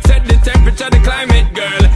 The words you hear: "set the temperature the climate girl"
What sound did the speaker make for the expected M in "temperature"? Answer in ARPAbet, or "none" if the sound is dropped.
none